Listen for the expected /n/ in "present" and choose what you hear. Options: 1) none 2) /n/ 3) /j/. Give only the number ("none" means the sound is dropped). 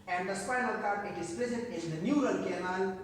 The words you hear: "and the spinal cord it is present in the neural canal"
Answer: 1